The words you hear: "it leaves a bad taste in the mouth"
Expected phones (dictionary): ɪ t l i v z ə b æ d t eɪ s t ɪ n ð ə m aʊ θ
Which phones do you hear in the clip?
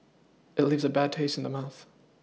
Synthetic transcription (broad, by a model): ɪ t l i v z ə b æ d t eɪ s t n ð ə m aʊ θ